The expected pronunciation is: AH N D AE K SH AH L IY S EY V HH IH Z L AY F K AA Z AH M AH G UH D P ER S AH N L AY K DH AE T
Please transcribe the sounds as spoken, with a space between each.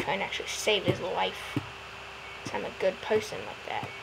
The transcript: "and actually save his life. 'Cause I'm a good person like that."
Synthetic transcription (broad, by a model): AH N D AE K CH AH L IY S EY V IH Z L AY F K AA AH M AH G UH D P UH S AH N L AY K DH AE T